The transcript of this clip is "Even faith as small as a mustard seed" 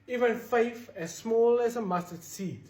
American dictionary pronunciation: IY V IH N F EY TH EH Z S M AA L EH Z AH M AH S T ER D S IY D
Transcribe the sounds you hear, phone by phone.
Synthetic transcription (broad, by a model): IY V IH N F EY F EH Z S M AA L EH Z AH M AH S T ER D S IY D